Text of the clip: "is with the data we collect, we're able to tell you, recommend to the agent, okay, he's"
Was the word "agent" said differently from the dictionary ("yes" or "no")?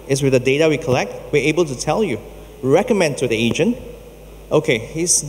no